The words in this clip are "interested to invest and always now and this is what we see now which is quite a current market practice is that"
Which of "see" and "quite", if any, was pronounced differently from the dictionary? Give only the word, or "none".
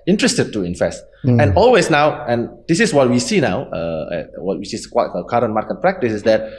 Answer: quite